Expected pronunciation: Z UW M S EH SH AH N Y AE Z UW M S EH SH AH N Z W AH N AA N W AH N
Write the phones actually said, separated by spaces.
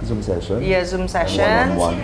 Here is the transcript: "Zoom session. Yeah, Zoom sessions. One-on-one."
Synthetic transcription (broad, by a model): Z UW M S EH SH AH N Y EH Z UW M S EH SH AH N W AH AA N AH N